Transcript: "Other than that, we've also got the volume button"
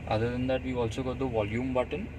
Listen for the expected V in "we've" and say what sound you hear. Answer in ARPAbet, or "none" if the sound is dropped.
none